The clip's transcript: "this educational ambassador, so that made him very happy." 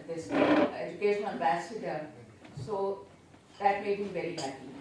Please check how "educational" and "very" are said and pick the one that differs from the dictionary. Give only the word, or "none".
educational